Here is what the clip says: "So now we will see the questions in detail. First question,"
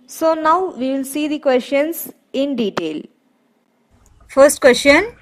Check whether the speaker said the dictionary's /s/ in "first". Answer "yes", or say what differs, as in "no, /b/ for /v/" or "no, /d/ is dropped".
yes